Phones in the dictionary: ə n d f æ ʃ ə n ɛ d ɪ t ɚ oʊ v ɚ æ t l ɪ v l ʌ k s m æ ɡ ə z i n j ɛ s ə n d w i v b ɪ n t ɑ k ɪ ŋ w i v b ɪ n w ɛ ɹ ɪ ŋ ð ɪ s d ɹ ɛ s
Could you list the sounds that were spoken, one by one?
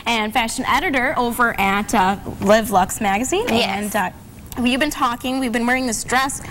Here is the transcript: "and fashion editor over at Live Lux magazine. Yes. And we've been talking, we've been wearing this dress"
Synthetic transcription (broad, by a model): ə n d f æ ʃ ə n ɛ d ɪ t ɚ oʊ v ɚ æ t l ɪ v l ʌ k s m æ ɡ ə z i n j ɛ ə n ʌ w i v b ɪ n t ɑ k ɪ ŋ w i v b ɪ n w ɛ ɹ ɪ ŋ ð ɪ s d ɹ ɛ s